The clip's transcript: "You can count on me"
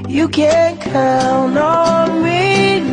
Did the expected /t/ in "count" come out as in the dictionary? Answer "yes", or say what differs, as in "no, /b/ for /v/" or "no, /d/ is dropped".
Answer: no, /t/ is dropped